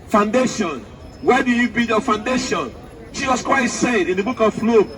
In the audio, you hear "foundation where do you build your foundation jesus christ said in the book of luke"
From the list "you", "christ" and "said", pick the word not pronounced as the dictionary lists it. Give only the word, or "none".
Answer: christ